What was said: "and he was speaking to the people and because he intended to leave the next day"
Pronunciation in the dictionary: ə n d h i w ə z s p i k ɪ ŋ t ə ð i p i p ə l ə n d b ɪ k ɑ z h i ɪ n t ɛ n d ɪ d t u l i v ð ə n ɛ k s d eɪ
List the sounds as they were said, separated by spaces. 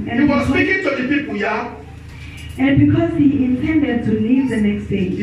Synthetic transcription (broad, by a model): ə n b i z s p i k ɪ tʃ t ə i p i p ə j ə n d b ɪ k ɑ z h i ɪ n t ɛ n d ɪ d t u l i v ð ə n ɛ k s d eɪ